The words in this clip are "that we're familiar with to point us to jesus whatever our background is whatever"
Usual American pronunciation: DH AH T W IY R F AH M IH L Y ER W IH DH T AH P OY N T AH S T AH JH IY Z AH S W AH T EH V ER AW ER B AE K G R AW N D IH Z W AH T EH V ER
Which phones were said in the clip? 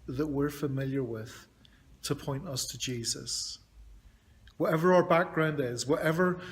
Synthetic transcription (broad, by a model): DH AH T W IY R F AH M IH L Y ER W IH DH T AH P OY N T AH S T AH JH IY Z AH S W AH T EH V ER AW ER B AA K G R AW N D IH Z W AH T EH V ER